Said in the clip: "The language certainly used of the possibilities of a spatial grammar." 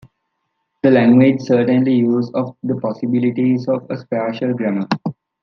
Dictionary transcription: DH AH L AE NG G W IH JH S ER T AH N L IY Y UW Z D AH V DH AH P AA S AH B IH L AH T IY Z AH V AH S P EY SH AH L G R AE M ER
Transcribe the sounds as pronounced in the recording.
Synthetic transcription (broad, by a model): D AH L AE NG G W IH JH S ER T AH N L IY Y UW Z AH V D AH P AA S AH B IH L AH T IY Z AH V AH S P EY SH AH L G R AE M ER